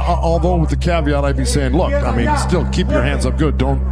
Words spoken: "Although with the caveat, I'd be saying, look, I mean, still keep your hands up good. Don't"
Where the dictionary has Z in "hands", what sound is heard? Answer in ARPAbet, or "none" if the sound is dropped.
Z